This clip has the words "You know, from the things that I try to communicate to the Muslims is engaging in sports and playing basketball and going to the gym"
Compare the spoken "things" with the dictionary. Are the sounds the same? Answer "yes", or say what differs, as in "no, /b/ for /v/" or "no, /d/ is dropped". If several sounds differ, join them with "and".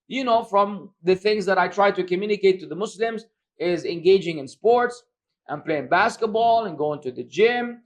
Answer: yes